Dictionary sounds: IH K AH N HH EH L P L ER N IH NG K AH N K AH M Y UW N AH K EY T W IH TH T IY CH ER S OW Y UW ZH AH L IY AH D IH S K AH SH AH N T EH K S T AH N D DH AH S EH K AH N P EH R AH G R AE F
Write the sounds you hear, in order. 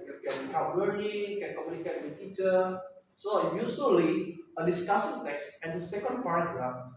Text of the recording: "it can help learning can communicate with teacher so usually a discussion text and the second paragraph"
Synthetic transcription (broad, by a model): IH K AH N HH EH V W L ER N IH NG K AH N K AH M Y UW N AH K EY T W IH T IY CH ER S OW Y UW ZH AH L IY AH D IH S K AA S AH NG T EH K S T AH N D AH S EH K AH N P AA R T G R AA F